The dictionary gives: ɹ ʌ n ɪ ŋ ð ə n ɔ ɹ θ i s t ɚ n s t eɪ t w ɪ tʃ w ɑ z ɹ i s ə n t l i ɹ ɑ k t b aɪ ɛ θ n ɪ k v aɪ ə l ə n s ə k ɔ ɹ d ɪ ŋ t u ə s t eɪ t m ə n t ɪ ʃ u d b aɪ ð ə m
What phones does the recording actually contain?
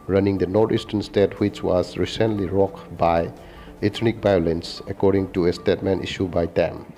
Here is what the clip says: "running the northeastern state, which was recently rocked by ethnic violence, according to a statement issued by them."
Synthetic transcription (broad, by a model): ɹ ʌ n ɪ ŋ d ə n ɔ ɹ t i s t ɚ n s t eɪ t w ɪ tʃ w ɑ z ɹ i s ə n t l i ɹ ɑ k b aɪ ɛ t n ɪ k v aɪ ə l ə n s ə k ɔ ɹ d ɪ ŋ t u ə s t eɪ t m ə n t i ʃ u b aɪ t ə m